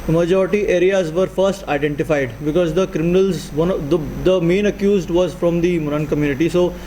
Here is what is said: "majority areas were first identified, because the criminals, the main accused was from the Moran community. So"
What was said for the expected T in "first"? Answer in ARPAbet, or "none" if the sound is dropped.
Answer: T